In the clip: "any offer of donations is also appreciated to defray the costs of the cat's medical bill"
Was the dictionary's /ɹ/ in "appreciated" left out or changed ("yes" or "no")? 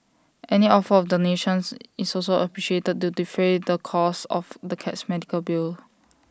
no